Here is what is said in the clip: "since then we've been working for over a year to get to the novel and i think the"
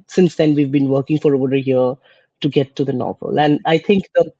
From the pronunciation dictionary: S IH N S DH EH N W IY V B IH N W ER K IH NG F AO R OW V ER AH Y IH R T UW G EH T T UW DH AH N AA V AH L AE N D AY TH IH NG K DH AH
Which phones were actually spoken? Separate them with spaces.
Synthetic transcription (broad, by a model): S IH N S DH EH N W IY V B IH N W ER K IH NG F AO R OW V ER AH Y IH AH T UW G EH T T UW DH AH N AA V AH L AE N D AY T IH NG K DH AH